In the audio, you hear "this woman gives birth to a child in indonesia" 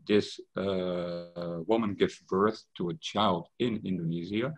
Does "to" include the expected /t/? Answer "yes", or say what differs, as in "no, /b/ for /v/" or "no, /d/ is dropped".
yes